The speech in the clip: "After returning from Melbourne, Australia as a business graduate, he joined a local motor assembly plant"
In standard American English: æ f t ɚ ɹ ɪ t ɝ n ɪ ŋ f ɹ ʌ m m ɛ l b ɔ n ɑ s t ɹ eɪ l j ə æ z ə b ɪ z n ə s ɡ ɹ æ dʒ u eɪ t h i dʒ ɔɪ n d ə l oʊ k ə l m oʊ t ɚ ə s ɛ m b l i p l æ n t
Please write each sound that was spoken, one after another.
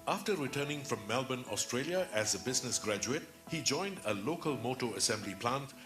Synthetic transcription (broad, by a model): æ f t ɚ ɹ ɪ t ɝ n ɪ ŋ f ɹ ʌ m m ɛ l b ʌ n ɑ s t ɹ eɪ l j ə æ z ə b ɪ z n ə s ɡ ɹ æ dʒ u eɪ t h i dʒ ɔɪ n d ə l oʊ k ə l m oʊ t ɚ ə s ɛ m b l i p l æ n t